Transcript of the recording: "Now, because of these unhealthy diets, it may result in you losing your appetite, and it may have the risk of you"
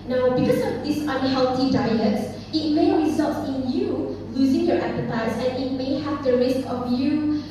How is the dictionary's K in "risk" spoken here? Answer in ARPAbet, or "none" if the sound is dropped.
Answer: K